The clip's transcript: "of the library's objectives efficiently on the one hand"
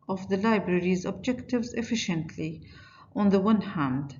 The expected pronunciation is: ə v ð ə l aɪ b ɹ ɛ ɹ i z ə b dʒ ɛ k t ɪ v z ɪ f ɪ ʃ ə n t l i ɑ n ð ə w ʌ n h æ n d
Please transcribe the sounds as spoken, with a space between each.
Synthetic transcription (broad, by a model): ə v ð ə l aɪ b ɹ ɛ ɹ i z ə b dʒ ɛ k t ɪ v z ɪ f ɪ ʃ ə n t l i ɑ n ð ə w ʌ n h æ n d